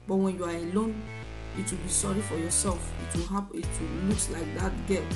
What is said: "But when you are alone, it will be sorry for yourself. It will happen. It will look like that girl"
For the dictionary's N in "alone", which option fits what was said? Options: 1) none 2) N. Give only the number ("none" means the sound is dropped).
2